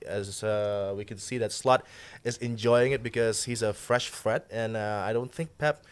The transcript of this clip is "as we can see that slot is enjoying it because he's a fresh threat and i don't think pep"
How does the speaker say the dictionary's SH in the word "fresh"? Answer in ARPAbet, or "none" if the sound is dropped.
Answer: SH